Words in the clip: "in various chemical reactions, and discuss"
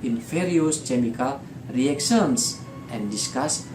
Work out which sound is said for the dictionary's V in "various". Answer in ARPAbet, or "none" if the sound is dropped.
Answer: F